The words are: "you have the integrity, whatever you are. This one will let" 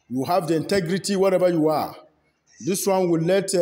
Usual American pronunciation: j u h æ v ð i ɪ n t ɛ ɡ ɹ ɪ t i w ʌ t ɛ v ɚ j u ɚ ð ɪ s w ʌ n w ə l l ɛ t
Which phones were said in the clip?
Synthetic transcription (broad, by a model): j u h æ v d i ɪ n t ɛ ɡ ɹ ɪ t i w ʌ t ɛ b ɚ j u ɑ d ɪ s w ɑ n w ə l l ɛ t